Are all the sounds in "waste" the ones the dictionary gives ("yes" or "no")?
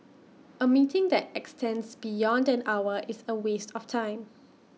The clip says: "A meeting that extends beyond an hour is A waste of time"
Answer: yes